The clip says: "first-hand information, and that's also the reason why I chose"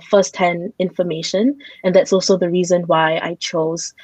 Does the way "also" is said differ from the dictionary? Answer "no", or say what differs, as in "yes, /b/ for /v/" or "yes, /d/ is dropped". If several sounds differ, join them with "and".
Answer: no